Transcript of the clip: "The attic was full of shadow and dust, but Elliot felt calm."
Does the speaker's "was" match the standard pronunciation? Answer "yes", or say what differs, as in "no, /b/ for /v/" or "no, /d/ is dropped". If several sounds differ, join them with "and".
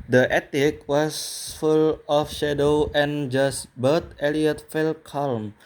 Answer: no, /s/ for /z/